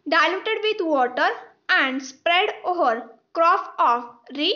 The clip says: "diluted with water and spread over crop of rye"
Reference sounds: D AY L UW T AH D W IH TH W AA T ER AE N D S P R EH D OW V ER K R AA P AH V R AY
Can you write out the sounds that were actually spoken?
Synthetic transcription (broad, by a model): D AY L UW T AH D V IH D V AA T ER AE N D S P R EH D OW V ER K R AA F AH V R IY